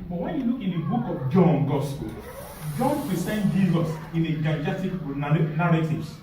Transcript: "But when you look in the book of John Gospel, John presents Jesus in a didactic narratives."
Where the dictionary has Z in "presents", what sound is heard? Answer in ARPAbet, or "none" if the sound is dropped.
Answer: S